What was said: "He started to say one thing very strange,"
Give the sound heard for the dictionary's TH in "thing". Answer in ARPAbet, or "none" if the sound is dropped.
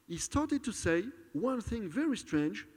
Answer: TH